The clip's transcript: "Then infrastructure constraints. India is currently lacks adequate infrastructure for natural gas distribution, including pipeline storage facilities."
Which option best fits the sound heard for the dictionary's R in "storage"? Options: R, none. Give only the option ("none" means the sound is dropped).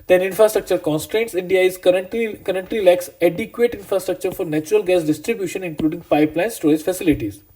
none